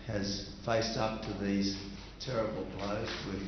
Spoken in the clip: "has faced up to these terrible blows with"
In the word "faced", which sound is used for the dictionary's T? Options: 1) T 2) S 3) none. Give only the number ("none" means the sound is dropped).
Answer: 1